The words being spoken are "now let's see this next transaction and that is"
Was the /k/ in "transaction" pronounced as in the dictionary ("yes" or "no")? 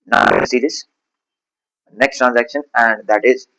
yes